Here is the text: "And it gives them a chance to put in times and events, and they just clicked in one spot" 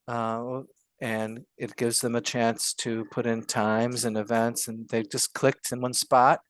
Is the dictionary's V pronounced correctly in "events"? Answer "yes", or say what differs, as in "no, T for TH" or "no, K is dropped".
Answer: yes